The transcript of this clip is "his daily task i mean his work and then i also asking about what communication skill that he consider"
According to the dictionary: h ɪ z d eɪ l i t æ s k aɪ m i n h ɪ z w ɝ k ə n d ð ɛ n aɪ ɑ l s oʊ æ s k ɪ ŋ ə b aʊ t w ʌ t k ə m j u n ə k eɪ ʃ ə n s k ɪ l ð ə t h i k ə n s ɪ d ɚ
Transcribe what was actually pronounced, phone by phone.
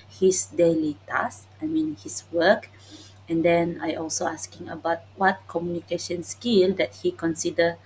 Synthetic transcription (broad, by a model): h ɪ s d eɪ l i t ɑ s aɪ m i n h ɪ s w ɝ k ə n d ɛ n aɪ ɑ l s oʊ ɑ s k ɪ ŋ ə b aʊ t w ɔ t k ə m j u n ə k eɪ ʃ ə n s k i l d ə t h i k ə n s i d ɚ